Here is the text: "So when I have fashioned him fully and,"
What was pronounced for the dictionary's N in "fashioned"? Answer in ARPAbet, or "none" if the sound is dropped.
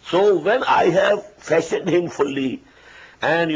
none